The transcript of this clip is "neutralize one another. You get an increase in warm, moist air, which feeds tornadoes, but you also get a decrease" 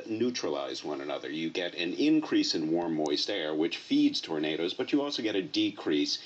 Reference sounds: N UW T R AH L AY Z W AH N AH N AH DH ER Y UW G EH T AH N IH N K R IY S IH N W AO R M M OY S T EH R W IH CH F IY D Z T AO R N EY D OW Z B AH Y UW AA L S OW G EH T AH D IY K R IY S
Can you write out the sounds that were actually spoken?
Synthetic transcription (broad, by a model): N UW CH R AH L AY Z W AH N AH N AH DH ER Y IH G EH T AH N IH N K R IY S IH N W AO R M M OY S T EH R W IH CH F IY D Z T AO R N EY D OW Z B AH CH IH AA L S OW G EH T AH D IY K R IY S